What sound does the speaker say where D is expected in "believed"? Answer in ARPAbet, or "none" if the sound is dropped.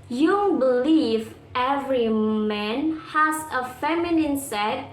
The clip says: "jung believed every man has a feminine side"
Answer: none